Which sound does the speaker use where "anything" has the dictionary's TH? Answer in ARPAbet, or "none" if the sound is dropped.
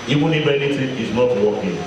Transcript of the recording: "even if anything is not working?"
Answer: T